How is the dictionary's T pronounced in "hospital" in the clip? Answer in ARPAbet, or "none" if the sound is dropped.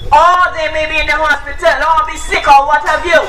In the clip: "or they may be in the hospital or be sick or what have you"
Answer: T